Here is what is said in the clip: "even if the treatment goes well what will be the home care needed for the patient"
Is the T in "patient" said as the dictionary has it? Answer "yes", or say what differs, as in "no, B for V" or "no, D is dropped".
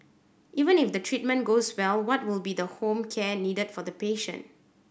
yes